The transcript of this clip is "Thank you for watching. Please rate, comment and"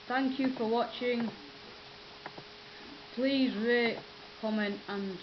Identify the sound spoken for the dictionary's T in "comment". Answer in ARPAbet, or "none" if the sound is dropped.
T